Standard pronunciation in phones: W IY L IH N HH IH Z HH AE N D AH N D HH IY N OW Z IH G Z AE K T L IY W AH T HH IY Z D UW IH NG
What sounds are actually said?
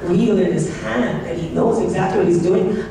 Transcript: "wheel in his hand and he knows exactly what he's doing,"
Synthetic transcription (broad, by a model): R IY L IH N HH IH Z HH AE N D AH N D HH IY N OW Z IH G Z AE K T L IY W AH T HH IY Z D UW IH NG